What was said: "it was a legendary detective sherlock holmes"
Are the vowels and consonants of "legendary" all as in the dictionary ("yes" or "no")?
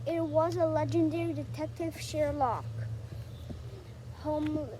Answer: yes